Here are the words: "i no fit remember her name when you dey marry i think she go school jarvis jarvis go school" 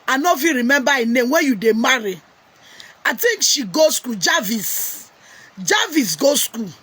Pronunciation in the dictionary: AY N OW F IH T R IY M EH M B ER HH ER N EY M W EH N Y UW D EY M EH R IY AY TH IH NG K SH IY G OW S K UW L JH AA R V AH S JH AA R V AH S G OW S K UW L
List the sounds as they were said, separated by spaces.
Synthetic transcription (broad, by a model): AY N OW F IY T R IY M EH M B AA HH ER N EY M W EH N Y UW D EY M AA R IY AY T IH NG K SH IY G OW S K UW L JH AA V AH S JH AA V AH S G OW S K UW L